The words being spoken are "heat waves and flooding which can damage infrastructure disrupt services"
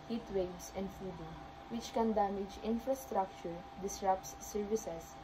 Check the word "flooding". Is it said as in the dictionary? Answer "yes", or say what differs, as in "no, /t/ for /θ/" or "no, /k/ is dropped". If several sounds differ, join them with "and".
no, /l/ is dropped